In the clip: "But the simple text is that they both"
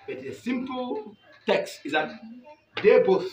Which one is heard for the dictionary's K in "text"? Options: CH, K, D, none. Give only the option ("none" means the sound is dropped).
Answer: K